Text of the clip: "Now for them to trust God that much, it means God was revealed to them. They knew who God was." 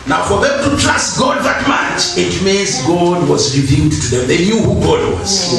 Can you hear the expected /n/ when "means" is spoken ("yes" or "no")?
no